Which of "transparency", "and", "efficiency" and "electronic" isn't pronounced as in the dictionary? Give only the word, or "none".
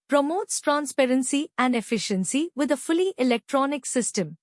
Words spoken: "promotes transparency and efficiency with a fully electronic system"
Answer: none